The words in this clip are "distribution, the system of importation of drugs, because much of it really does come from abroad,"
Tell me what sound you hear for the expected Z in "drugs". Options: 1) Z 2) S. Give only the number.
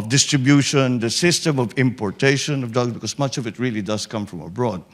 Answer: 2